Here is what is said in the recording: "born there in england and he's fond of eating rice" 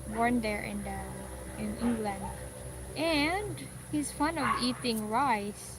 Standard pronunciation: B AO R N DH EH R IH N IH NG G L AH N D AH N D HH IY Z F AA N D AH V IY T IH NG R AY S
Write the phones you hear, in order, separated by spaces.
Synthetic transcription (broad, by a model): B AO R N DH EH R IH N IH NG G L AH N D AH N D HH IY Z F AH N AH V IY T IH NG R AY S